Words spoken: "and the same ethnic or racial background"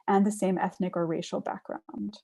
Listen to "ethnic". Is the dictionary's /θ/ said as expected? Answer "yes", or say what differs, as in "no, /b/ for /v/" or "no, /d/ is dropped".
yes